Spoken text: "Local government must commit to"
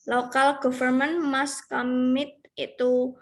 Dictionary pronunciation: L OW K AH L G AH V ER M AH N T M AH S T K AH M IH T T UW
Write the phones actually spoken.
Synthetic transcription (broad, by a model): L OW K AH L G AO F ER M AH N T M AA S K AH M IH T T UW